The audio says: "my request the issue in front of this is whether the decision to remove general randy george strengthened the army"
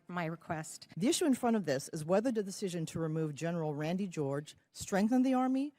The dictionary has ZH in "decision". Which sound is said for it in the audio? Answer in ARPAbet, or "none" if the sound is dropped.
ZH